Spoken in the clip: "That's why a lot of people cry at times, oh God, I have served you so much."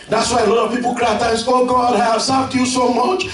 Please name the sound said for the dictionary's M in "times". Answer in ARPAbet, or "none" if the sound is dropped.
none